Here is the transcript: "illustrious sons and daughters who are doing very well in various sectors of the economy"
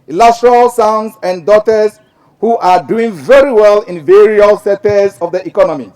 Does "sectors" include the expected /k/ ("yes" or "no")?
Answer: no